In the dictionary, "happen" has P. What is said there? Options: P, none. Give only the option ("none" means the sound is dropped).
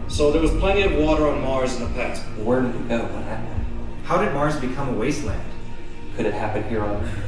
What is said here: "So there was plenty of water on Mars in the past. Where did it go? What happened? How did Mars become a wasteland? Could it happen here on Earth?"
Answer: P